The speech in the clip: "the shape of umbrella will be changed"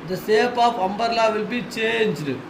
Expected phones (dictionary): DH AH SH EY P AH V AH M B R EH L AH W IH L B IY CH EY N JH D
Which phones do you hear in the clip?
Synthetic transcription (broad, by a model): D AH S EY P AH F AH M B R L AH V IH L B IY CH EY N JH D